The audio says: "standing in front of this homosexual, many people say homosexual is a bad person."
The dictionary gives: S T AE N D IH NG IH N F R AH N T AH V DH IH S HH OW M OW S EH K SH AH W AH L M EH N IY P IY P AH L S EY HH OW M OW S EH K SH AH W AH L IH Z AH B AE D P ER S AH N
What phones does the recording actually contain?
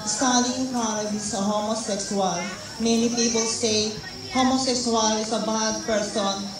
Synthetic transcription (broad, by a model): S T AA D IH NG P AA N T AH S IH HH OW M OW S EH K S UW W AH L M EH N IY P IY P AH L S EY HH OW M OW S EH K S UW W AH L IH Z AH B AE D P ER S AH N